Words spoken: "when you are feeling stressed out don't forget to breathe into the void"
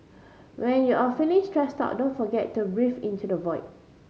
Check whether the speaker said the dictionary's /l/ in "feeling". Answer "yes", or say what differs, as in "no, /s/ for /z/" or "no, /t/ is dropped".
no, /n/ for /l/